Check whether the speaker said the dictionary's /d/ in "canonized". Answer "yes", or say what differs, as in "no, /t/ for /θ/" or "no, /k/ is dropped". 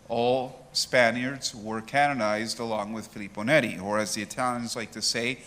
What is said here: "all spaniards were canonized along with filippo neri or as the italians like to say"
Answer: yes